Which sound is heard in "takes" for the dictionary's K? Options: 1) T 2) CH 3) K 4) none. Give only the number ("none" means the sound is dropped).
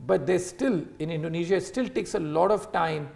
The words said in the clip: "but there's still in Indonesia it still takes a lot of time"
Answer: 3